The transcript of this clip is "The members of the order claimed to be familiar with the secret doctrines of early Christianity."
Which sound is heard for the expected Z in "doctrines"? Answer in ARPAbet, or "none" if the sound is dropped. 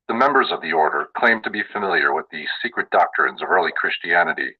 Z